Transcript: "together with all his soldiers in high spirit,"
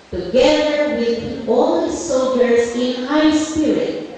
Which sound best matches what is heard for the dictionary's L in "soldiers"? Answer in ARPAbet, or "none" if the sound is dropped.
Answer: none